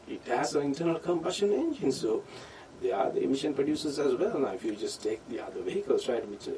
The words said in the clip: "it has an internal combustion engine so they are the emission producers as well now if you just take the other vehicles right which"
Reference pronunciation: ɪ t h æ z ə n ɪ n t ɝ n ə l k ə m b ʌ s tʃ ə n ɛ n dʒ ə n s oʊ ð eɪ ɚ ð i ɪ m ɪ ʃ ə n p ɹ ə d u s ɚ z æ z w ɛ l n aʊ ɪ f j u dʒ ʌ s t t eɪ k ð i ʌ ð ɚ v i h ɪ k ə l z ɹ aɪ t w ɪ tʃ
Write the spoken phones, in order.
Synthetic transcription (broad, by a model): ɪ t h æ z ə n ɪ n t ɝ n ə l k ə m b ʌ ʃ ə n ɛ n dʒ ə n s oʊ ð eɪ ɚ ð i ɪ m ɪ ʃ ə n p ɹ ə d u s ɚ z æ z w ɛ l n aʊ ɪ f j u dʒ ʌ s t t eɪ k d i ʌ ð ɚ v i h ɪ k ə l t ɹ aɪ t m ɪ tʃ